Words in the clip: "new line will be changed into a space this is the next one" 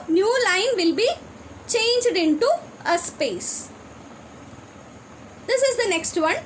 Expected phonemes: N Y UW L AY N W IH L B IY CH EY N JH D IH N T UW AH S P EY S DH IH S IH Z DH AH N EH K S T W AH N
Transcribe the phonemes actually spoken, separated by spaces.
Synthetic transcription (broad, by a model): N Y UW L AY N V IH L B IY CH EY N JH D IH N T UW AH S P EY S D IH S IH Z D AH N EH K S T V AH N